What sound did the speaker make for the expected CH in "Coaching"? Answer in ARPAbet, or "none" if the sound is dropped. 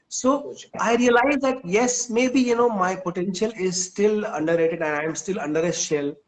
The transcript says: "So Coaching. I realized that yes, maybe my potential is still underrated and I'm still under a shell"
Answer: none